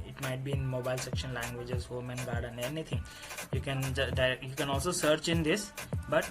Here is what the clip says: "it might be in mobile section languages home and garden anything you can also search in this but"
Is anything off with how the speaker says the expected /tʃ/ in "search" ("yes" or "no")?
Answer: no